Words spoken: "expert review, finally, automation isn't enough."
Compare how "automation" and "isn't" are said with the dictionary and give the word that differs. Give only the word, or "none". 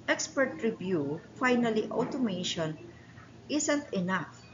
isn't